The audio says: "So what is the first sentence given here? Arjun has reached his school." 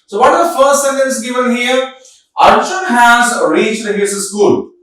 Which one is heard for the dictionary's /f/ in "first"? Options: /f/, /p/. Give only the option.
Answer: /f/